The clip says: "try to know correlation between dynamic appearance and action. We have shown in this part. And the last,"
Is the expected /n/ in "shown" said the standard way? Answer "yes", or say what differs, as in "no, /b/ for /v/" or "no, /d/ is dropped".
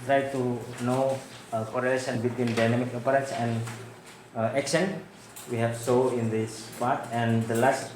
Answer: no, /n/ is dropped